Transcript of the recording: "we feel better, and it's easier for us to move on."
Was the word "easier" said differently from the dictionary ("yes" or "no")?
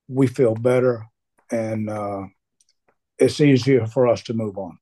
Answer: no